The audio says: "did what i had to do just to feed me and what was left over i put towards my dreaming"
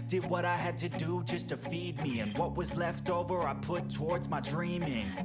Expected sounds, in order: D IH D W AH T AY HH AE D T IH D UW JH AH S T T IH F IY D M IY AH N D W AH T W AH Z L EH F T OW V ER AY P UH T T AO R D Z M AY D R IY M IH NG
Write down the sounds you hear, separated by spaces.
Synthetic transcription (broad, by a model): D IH D W AH T AY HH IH D T IH D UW JH AH S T T IH F IY D M IY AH N W AH T W AH Z L EH F T OW V ER AY P UH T T AO R D Z M AY D R IY M IH NG